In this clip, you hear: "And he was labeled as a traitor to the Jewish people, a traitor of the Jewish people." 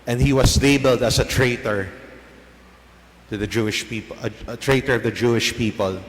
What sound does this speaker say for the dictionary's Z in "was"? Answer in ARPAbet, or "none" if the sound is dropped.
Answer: S